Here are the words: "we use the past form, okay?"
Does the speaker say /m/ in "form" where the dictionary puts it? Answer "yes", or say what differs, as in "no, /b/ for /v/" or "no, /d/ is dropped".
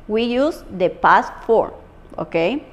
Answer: no, /m/ is dropped